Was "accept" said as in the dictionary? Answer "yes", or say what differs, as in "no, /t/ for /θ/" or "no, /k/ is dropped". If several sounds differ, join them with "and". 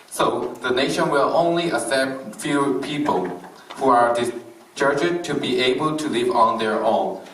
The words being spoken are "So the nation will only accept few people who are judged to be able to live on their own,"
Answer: no, /k/ is dropped